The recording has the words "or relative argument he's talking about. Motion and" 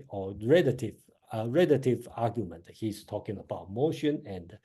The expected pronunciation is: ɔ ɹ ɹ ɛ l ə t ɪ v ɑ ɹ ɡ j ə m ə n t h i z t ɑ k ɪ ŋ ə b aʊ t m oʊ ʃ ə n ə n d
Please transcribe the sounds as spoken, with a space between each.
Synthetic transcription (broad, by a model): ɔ ɹ ɹ ɛ l ə t ɪ v ɑ ɡ j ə m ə n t h i s t ɑ k ɪ ŋ ə b aʊ t m oʊ ʃ ə n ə n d